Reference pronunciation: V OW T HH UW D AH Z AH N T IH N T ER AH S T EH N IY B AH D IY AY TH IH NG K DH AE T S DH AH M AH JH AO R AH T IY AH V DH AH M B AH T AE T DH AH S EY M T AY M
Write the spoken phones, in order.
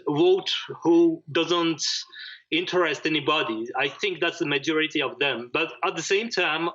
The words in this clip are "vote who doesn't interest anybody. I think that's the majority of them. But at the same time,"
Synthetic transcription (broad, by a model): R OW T HH UW D AH Z AH N T IH N T ER AH S T EH N IY B AH D IY AY TH IH NG K DH AE T S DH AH M AH JH AO R AH T IY AH V DH AH M B AH T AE T DH AH S EY M T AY M